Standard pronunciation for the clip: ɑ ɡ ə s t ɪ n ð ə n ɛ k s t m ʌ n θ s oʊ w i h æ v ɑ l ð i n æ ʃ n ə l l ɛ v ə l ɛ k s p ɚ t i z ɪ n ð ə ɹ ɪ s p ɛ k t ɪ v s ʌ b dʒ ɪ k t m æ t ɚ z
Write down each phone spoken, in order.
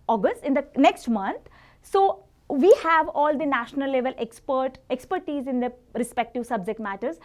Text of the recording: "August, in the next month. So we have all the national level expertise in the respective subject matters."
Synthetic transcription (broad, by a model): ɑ ɡ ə s t ɪ n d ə n ɛ k s t m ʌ n t s oʊ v i h æ v ɑ l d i n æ ʃ n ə l l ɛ p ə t ɛ k s p ɚ t i z ɪ n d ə ɹ ɪ s p ɛ k t ɪ v s ʌ b dʒ ɪ k t m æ t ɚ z